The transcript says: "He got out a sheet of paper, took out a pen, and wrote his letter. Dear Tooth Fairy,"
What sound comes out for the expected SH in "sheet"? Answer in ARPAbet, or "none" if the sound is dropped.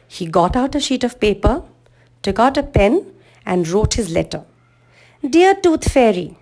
SH